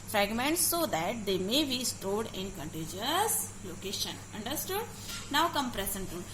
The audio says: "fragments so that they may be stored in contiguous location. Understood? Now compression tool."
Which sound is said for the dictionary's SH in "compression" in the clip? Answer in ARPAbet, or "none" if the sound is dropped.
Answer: S